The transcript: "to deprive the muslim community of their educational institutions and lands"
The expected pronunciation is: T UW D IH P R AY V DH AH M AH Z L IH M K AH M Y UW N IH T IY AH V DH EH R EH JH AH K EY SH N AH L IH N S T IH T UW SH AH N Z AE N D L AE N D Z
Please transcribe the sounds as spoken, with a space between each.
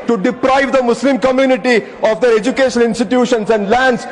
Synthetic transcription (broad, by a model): T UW D IH P R AY V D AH M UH S L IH M K AH M Y UW N IH T IY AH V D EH R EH JH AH K EY SH AH N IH N S T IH T UW SH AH N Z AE N D L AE N D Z